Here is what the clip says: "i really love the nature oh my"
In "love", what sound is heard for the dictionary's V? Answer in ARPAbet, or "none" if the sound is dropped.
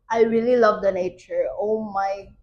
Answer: V